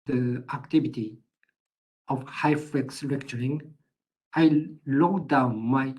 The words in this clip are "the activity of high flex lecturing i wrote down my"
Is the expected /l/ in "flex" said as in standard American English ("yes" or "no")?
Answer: no